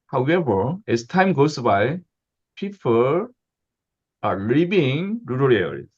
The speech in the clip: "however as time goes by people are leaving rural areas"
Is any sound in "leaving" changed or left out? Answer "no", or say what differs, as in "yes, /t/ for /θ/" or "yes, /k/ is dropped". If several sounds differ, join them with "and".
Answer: yes, /b/ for /v/